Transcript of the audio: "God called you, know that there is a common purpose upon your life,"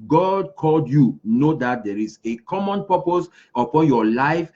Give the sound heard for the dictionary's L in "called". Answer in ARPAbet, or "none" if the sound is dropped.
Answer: L